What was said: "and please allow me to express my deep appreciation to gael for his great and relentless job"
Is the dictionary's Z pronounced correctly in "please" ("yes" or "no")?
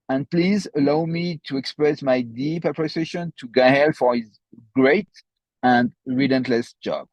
yes